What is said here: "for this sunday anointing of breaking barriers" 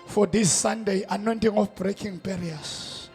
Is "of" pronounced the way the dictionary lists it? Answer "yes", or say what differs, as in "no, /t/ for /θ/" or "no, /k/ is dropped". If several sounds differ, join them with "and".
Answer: no, /f/ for /v/